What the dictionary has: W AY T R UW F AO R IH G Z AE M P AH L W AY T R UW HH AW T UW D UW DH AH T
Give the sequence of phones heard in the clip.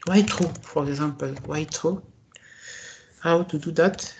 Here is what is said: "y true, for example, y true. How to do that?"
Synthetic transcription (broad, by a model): W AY T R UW F AO R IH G Z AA P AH L W AY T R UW HH AW T UW D UW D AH T